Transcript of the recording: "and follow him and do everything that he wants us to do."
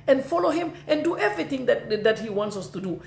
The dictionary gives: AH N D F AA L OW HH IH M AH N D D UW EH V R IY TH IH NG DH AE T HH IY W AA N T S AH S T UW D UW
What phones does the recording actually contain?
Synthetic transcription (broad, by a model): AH N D F AA L OW HH IH M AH N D D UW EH V R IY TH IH NG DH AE T HH IY W AA N T S AH S T UW D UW